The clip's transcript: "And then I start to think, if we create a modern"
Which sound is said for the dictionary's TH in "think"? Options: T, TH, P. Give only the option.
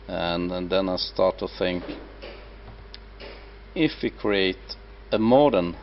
TH